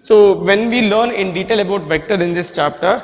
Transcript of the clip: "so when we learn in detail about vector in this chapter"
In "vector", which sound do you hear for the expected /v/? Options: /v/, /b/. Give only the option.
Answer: /v/